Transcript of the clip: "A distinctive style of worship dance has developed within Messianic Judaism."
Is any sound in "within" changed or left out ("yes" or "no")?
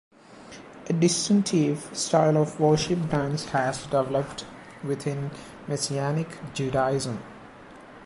yes